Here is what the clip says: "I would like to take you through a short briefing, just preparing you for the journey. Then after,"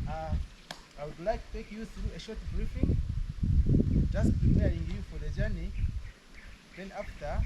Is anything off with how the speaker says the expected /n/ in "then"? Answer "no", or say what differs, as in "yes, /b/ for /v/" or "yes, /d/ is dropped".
no